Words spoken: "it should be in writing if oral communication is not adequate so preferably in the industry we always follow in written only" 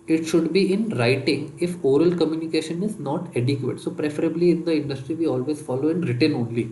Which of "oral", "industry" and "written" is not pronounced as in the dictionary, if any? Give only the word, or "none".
none